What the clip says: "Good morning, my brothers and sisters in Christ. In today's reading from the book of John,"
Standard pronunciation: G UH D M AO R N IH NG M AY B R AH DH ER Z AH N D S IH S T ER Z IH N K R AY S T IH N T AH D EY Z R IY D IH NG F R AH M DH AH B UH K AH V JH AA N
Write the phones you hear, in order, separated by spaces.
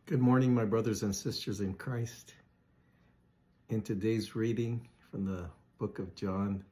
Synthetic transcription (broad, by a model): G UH D M AO R N IH NG M AY B R AH DH ER Z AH N S IH S T ER Z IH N K R AY S T IH N T AH D EY Z R IY D IH NG F R AH M DH AH B UH K AH V JH AA N